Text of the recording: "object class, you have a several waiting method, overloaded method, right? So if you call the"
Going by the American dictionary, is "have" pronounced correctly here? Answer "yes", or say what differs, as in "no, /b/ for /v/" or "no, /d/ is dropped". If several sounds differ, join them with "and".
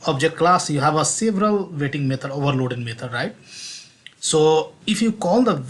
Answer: yes